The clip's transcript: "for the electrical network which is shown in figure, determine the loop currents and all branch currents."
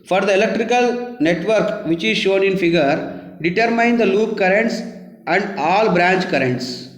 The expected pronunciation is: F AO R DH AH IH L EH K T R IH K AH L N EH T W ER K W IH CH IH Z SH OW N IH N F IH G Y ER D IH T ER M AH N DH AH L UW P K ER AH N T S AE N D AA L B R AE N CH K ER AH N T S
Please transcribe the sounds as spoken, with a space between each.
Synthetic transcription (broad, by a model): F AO R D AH IH L EH K T R IH K AH L N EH T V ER K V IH CH IH Z SH OW N IH N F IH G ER D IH T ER M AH N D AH L UW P K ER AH N T S AE N D AA L B R AE N CH K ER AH N T S